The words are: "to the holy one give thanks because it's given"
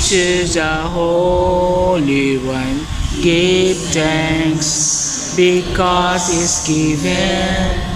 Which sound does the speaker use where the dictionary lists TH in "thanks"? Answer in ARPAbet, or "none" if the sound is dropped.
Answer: T